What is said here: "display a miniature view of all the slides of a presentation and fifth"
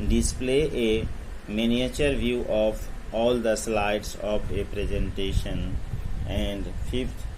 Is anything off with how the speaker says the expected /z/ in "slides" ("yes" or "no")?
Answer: yes